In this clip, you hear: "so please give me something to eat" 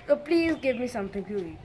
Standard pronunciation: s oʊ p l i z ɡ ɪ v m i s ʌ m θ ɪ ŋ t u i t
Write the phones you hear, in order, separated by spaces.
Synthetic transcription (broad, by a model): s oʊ p l i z ɡ ɪ v m i s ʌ m t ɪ ŋ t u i